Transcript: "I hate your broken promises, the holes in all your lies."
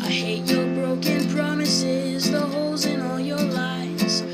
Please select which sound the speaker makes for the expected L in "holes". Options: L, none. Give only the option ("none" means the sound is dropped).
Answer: L